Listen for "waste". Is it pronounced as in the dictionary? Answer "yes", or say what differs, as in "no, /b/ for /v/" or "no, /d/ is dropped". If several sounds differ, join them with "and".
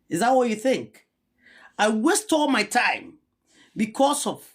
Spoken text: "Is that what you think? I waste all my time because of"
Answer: yes